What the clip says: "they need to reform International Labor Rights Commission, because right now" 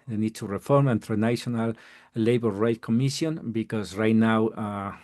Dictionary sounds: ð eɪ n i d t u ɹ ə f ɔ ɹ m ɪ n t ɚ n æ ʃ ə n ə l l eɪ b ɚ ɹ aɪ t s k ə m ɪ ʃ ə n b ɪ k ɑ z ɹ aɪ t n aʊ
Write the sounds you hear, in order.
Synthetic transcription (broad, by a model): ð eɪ n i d t u ɹ ə f ɔ ɹ m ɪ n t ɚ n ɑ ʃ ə n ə l l eɪ b ɚ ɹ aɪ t k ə m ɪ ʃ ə n b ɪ k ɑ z ɹ aɪ t n aʊ